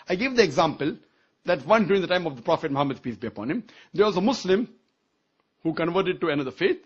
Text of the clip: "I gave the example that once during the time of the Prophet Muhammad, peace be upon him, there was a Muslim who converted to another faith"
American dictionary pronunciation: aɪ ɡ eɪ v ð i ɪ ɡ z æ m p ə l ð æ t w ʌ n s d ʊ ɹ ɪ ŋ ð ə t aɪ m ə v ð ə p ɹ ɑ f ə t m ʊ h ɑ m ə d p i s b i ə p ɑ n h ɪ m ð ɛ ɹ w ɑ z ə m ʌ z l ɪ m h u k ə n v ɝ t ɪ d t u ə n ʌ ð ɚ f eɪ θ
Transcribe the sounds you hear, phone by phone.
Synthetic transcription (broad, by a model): aɪ ɡ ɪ v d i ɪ ɡ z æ m p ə l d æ t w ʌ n d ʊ ɹ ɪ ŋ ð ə t aɪ m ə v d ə p ɹ ɑ f ə t m ʊ h ɑ m ə d p i s b i ə p ɑ n h ɪ m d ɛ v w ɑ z ə m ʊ s l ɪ m h u k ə n v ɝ t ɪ d t u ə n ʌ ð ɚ f eɪ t